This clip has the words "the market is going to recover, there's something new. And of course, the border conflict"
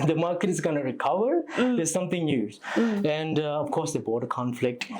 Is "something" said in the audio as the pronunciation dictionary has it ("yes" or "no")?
no